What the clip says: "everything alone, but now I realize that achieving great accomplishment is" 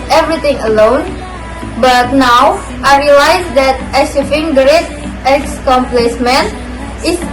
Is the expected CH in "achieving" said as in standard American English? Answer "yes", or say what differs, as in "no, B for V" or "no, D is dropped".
no, S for CH